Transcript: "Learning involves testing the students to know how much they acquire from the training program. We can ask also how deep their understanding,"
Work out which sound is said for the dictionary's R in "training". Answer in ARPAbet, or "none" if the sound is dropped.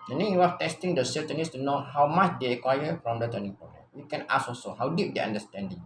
none